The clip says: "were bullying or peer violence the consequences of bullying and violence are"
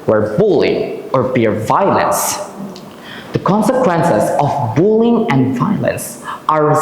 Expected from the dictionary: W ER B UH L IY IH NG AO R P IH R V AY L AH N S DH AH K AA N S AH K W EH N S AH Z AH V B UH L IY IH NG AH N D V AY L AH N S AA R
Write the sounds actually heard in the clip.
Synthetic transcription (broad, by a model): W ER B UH L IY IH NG AO R B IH R V AY L AH N S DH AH K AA N S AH K W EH N S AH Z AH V B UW L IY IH NG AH N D V AY L AH N S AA R